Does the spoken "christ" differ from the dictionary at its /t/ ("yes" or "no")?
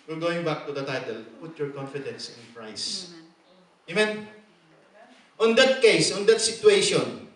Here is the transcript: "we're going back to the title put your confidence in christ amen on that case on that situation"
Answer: yes